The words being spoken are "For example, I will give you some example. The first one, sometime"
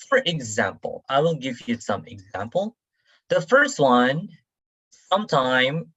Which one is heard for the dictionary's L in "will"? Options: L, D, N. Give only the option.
N